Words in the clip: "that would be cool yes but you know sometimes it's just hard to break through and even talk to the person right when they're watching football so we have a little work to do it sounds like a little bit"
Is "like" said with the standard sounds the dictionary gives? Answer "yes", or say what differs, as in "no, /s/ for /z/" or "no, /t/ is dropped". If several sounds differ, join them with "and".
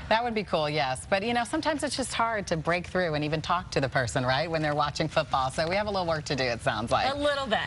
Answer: no, /k/ is dropped